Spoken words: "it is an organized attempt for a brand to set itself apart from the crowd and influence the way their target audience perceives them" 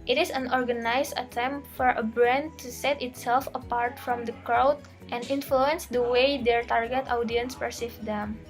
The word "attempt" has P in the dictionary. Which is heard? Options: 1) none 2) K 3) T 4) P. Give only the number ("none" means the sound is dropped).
4